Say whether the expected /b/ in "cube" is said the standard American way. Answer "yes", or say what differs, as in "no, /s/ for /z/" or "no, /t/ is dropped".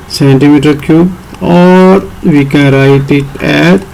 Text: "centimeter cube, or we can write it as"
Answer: no, /b/ is dropped